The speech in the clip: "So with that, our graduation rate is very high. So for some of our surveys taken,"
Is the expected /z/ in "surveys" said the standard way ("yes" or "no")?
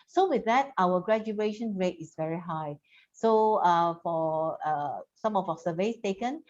no